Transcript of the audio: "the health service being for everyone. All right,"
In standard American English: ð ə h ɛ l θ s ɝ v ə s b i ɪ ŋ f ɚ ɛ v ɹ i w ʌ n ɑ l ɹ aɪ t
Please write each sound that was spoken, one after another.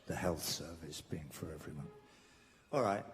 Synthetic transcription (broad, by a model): ð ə h ɛ l θ s ɝ v ə s b i ɪ ŋ f ɚ ɛ v ɹ i w ʌ n ɑ l ɹ aɪ t